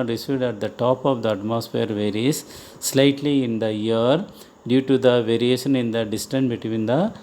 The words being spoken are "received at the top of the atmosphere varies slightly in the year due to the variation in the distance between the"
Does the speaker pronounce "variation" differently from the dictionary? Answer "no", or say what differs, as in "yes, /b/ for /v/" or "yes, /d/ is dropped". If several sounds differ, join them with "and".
no